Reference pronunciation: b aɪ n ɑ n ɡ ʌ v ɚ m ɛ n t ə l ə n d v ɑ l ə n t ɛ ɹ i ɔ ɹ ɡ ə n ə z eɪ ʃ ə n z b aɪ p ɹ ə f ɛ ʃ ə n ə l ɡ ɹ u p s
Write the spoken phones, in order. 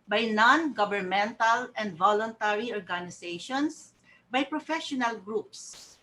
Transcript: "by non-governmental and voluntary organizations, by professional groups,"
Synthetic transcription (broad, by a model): b aɪ n ɑ n ɡ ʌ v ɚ m ɛ n t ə l ə n d v ɑ l ə n t ɛ ɹ i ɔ ɹ ɡ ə n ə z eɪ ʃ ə n s b aɪ p ɹ ə f ɛ ʃ ə n ə l ɡ ɹ u p s